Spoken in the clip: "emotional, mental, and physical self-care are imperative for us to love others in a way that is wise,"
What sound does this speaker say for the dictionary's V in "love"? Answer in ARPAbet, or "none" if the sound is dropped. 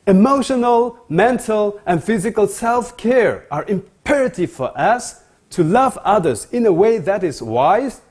V